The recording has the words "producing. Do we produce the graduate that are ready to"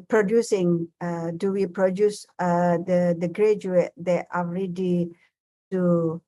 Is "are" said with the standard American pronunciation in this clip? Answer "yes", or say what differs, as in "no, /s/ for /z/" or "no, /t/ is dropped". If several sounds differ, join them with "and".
no, /l/ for /ɹ/